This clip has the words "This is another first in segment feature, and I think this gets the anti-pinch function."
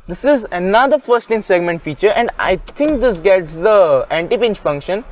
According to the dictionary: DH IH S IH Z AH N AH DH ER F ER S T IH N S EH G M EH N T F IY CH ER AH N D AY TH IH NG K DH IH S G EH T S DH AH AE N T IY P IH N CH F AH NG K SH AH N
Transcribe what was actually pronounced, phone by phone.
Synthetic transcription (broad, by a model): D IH S IH Z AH N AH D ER F ER S T IH N S EH G M EH N T F IY CH ER AH N D AY T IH NG K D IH S G EH T S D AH AE N T IY P IH N CH F AH NG K SH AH N